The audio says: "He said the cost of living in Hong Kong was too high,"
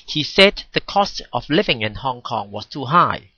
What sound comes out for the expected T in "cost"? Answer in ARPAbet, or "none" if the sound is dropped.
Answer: T